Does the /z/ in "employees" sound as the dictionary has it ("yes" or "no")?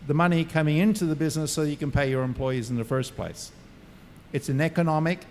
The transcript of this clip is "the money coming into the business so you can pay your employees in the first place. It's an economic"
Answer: yes